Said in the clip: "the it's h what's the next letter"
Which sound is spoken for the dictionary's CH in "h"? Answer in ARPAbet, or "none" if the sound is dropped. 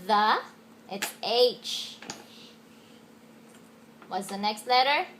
CH